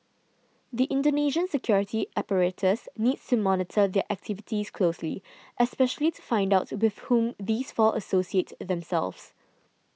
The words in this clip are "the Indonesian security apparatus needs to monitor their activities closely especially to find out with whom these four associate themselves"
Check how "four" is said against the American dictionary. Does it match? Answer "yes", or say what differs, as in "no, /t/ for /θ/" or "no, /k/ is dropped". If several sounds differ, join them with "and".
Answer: no, /l/ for /ɹ/